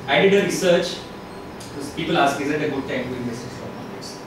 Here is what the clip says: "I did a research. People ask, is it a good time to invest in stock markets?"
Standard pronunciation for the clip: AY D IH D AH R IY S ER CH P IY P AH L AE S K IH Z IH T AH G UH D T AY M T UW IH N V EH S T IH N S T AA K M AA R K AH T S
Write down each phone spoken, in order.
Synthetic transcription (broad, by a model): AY D IH D AH R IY S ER CH P IY P AH L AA S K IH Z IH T AH G UH D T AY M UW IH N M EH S IH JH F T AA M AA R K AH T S